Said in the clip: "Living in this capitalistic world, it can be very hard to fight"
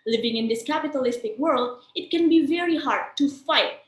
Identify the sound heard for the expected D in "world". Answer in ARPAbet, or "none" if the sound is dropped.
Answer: D